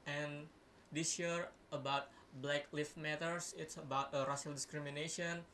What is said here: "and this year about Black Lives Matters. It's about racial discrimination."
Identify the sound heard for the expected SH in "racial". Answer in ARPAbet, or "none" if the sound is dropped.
S